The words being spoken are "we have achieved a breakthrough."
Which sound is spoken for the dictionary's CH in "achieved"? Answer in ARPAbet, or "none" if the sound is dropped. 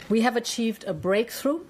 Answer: CH